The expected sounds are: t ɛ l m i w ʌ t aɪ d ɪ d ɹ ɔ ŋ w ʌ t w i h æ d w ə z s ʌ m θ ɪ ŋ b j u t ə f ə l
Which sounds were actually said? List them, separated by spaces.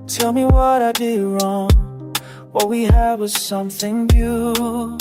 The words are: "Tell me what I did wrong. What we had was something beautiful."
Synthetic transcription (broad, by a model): t ɛ l m i w ʌ t aɪ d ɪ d ɹ ɔ ŋ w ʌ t w i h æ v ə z s ʌ m θ ɪ ŋ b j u